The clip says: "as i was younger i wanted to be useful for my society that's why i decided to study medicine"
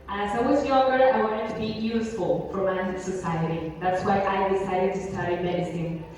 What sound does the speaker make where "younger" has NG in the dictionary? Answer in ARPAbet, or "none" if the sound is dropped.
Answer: none